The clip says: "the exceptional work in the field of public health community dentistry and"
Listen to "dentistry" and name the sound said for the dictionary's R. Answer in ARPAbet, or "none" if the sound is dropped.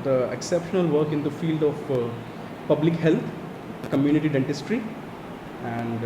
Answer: R